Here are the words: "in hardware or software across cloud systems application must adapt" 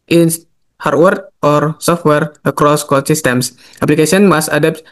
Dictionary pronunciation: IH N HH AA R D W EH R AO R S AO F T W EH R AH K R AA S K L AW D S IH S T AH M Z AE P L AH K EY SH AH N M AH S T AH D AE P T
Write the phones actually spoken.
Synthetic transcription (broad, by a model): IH N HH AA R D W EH R AO R S AO F T W EH R AH K R AA S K AO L S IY S T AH M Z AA P L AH K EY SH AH N M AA S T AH D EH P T